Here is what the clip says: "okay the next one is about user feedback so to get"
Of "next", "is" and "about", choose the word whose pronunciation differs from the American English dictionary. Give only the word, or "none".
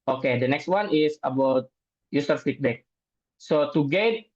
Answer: is